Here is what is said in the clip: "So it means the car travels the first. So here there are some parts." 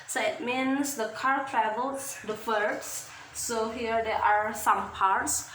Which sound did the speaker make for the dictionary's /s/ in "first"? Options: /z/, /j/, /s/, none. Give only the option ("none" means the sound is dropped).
none